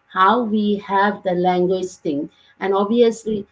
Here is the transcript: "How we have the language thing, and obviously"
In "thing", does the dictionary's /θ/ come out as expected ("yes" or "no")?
no